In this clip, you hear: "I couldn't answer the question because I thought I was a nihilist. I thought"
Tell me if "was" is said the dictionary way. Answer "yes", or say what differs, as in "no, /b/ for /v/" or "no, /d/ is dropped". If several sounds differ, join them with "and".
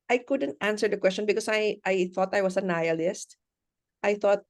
no, /s/ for /z/